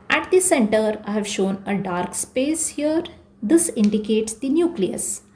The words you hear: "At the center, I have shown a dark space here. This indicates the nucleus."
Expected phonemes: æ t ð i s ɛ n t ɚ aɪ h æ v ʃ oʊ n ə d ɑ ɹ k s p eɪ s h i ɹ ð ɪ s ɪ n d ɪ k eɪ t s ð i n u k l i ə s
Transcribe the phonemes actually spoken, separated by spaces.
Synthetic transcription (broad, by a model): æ t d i s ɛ n t ɚ aɪ h æ v ʃ oʊ n ə d ɑ ɹ k s p eɪ s h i ɹ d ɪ s ɪ n d ɪ k eɪ t s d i n u k l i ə s